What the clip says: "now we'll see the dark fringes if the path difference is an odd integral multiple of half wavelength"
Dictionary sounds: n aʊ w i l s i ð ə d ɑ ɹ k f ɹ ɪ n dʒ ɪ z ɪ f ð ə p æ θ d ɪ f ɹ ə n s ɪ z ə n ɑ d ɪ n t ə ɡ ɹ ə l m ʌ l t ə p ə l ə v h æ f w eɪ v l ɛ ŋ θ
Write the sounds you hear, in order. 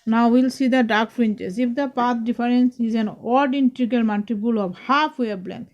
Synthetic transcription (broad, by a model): n aʊ w i l s i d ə d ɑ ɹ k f ɹ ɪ n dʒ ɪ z ɪ f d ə p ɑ t d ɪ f ɹ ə n s ɪ z ə n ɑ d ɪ n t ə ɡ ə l m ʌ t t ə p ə l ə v h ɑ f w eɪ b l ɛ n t